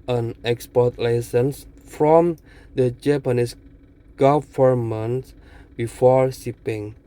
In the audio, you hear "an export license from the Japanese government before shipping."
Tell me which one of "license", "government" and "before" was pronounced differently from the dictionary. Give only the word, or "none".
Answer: government